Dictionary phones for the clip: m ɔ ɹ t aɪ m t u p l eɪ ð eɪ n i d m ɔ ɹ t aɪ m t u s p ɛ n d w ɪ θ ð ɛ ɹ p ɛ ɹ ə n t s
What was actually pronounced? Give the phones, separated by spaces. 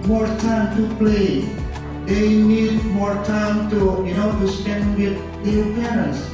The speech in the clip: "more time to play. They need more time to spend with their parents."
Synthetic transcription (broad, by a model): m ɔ ɹ t aɪ m t u p l eɪ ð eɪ n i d m ɔ ɹ t aɪ m t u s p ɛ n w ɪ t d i l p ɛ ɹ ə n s